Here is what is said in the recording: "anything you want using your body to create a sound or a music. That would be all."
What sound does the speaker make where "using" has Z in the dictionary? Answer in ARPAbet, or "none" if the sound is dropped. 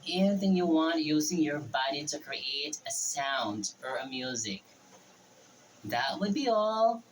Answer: Z